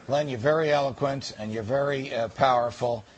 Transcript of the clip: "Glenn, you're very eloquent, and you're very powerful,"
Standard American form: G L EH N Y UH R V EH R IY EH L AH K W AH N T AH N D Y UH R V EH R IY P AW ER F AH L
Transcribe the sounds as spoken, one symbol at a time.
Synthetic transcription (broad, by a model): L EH N Y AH R V EH R IY EH L AH K W AH N T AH N Y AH R V EH R IY P AW ER F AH L